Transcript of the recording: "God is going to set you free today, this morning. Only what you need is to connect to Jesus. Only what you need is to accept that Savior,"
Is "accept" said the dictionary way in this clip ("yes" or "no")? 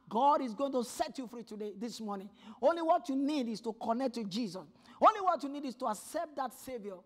yes